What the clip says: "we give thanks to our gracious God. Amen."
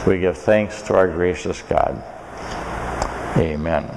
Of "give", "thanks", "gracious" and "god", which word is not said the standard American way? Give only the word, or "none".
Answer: none